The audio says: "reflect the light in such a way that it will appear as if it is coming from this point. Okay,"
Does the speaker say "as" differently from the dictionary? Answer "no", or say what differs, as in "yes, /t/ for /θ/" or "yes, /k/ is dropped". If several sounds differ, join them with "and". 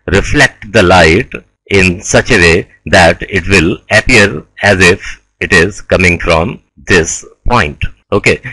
no